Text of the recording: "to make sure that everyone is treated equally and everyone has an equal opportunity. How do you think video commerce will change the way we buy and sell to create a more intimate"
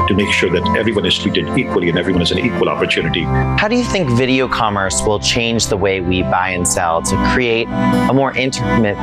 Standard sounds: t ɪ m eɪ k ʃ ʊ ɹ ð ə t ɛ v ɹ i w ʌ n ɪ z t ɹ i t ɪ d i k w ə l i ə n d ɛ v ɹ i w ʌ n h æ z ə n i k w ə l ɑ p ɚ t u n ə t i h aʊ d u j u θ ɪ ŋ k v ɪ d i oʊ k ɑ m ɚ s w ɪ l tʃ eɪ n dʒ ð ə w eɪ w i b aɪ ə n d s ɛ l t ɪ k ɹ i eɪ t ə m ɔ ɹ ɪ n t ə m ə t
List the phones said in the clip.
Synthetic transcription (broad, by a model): t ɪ m eɪ k ʃ ʊ ɹ ð ə t ɛ v ɹ i w ʌ n ɪ z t l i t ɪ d i k w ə l i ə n ɛ v ɹ i w ʌ n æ z ə n i k w ə l ɑ p ɚ t u n ə t i h aʊ d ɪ j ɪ θ ɪ ŋ k v ɪ d i oʊ k ɑ m ɚ s w ɪ l tʃ eɪ n dʒ ð ə w eɪ w i b aɪ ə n s ɛ l t ɪ k ɹ i eɪ t ə m ɔ ɹ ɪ n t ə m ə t